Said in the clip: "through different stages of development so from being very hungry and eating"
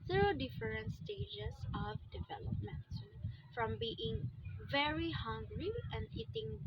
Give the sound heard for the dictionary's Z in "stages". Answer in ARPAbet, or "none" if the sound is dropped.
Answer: S